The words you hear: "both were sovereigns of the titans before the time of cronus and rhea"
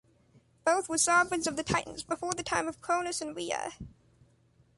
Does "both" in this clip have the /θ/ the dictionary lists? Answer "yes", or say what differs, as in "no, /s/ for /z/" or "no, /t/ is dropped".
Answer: yes